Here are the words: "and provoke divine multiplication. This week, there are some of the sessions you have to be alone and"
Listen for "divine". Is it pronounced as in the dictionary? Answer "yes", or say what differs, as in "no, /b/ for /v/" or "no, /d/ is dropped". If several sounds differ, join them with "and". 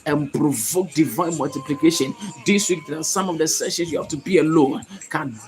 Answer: yes